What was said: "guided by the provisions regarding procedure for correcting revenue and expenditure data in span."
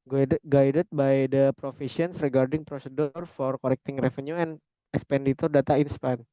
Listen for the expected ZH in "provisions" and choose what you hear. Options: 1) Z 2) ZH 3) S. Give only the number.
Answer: 3